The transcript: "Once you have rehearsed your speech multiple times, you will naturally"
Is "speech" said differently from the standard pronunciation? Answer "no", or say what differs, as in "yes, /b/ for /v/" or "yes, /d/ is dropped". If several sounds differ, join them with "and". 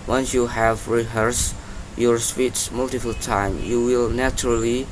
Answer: yes, /s/ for /tʃ/